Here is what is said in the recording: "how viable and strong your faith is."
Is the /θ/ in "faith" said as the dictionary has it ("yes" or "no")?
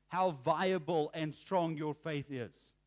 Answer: yes